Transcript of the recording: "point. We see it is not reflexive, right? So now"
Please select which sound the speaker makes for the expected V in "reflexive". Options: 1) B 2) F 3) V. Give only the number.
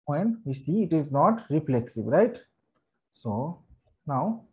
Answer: 1